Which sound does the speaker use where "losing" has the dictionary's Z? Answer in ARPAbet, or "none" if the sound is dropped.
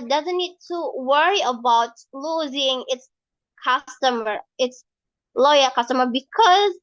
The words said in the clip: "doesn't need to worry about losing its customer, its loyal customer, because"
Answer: Z